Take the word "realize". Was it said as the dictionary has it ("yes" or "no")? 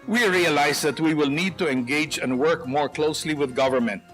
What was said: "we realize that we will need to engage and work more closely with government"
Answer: no